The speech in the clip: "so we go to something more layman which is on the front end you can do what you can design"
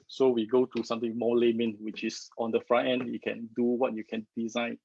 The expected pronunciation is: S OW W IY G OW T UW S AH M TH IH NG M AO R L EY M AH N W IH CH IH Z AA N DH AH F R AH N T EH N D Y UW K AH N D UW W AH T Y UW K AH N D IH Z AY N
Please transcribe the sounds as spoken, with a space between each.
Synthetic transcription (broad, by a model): S OW W IY G OW T UW S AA M T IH NG M AO L EY M AH N W IH CH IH S AA N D AH F R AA T EH N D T K AH N D UW W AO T Y UW K AH N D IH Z AY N